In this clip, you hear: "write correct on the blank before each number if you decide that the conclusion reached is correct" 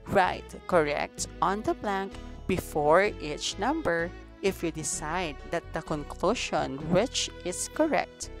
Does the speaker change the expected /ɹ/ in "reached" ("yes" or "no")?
yes